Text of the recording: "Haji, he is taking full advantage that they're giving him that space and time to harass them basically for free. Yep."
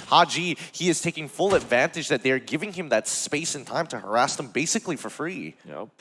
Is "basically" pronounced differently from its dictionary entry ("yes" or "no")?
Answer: no